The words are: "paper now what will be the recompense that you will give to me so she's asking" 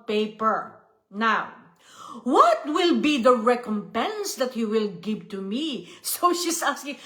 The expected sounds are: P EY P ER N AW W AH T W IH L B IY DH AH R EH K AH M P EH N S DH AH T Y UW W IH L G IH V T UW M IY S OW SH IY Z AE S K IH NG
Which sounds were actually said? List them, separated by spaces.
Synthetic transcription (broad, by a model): P EY P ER N AW W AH T W IH L B IY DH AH R EH K AH M P EH N S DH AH T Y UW W IH L G IH V T UW M IY S OW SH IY S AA S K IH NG